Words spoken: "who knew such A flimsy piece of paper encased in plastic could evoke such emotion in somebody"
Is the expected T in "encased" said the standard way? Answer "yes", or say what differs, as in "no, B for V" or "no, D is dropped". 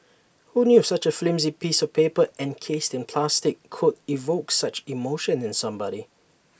yes